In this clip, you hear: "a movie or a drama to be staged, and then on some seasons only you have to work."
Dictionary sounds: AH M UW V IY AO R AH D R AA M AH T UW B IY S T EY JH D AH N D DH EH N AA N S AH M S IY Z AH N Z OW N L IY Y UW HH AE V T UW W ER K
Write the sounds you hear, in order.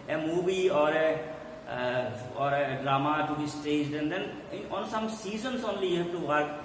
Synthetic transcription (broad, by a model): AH M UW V IY AO R AH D R AA M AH T UW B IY S T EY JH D AH N D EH N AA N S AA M S IY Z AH N S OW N L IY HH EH P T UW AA